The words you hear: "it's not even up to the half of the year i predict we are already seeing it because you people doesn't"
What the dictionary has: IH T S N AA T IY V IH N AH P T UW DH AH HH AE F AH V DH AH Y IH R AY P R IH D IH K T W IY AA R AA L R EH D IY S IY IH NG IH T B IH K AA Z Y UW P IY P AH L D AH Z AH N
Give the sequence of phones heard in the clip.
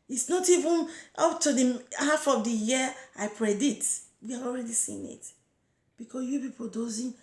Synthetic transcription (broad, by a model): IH T S N AA T IY V IH N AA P T UW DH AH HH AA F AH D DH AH Y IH AY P R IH D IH T W IY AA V AA L R EH D IY S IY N IH T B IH K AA S Y UW P IY P AH L D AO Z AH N